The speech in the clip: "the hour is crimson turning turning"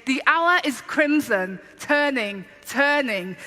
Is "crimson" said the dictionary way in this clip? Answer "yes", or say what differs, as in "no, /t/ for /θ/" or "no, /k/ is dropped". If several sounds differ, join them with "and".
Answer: yes